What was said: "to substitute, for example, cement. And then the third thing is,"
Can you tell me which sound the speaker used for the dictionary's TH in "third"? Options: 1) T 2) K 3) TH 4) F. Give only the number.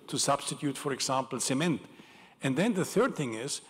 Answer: 3